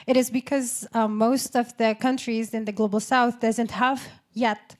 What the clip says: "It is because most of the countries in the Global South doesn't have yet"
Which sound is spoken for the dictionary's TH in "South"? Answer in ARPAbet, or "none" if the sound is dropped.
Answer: TH